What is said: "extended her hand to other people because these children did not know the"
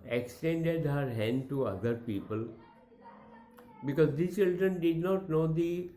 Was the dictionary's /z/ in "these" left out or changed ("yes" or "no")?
yes